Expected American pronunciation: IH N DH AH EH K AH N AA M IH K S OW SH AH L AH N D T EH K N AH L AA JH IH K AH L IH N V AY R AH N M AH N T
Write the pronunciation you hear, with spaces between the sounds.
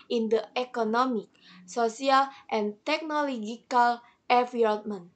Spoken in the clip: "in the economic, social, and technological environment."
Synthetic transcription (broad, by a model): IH N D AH EH K AH N AA M IH K S OW S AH L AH N T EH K N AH L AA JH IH K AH L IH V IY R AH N M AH N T